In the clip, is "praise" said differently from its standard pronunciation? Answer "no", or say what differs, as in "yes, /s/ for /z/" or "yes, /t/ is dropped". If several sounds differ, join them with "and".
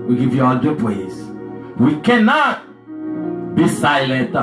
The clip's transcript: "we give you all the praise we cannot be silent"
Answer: yes, /l/ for /ɹ/